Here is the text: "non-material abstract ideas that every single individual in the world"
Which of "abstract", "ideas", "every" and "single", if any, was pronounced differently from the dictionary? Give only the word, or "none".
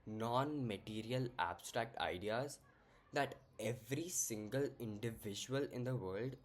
none